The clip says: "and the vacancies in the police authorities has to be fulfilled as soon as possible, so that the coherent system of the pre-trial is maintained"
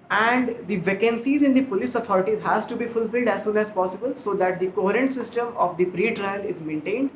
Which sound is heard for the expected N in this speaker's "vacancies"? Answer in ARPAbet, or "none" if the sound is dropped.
N